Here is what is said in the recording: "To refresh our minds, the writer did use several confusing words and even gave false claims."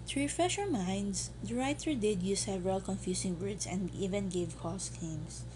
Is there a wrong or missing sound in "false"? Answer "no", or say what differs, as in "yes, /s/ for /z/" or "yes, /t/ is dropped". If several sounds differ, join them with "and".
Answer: yes, /l/ is dropped